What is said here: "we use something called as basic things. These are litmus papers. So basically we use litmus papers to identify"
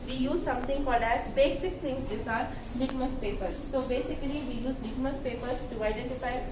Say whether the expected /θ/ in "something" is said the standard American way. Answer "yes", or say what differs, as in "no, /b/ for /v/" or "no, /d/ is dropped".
no, /t/ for /θ/